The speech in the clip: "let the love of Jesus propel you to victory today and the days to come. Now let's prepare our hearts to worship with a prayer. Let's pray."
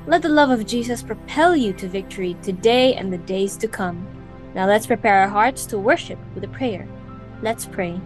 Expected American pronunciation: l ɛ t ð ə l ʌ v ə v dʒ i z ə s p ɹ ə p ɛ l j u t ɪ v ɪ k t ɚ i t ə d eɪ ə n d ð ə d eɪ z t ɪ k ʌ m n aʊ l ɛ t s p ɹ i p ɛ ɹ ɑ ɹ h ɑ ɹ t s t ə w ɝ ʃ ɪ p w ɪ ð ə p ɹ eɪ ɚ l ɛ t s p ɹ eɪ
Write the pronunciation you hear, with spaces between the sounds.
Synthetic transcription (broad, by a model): l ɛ t ð ə l ʌ v ə v dʒ i z ə s p ɹ ə p ɛ l j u t ɪ v ɪ k t ɚ i t ə d eɪ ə n ð ə d eɪ z t ɪ k ʌ m n aʊ l ɛ t s p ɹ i p ɛ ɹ ɹ h ɑ ɹ t s t ə w ɝ ʃ ɪ p w ɪ ð ə p ɹ eɪ ɚ l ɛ t s p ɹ eɪ